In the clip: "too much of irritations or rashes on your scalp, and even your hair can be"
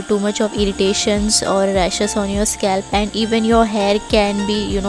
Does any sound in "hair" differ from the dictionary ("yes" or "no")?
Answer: no